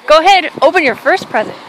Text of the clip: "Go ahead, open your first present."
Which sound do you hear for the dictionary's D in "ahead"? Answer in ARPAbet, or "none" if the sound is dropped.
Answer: D